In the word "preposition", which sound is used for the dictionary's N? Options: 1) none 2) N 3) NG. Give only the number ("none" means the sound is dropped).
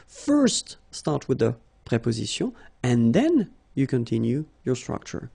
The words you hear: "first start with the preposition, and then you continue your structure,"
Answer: 1